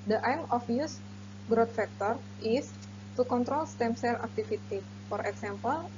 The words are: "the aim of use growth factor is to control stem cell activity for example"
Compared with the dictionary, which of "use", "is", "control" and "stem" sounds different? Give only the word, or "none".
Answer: is